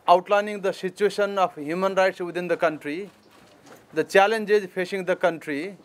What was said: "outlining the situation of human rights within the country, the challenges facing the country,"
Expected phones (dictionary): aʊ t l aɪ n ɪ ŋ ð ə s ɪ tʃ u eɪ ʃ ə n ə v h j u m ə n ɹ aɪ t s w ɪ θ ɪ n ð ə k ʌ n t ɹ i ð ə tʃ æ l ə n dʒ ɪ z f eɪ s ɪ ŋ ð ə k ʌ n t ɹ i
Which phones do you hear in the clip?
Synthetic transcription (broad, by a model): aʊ t l aɪ n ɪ ŋ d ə s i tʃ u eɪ s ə n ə p h j u m ə n ɹ aɪ t s w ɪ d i n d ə k ʌ n t ɹ i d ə tʃ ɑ l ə n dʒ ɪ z p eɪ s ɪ ŋ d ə k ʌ n t ɹ i